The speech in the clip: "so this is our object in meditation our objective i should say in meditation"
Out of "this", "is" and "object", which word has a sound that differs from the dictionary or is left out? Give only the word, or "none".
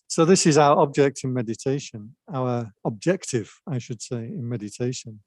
none